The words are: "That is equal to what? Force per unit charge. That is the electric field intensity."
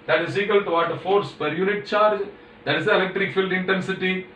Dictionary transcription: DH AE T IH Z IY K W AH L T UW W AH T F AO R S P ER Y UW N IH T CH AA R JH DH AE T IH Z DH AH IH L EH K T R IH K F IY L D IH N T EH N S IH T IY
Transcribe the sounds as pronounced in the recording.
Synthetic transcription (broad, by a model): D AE T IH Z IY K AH L T UW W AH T F AO R S P ER Y UW N IH T CH AA R JH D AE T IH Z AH IH L EH K T R IH K F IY L D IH N T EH N S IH T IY